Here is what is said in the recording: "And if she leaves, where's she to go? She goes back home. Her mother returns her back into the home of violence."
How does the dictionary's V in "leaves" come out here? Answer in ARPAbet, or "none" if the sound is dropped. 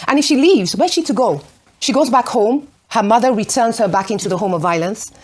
V